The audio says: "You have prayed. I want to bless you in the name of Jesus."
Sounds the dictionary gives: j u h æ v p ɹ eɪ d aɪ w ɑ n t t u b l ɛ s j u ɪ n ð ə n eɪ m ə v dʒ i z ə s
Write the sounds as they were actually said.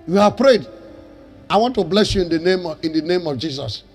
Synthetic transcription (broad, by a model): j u h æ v p ɹ eɪ d aɪ w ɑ n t t u b l ɛ s j u ɪ n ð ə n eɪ m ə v dʒ i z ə s